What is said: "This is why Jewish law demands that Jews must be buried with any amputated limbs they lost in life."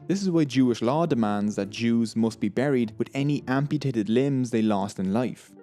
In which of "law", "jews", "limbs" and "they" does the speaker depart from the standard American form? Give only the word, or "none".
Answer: none